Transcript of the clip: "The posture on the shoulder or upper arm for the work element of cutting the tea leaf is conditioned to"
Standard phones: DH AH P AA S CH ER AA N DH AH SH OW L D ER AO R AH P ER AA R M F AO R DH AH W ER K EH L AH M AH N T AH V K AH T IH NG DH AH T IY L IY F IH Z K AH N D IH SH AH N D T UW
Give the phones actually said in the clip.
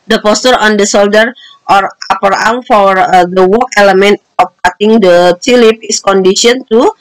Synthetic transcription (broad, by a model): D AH P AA S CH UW AA N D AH S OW L D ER AO R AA P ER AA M F AO R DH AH W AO K EH L AH M AH N T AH F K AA T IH NG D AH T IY L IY P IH S K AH N D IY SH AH N T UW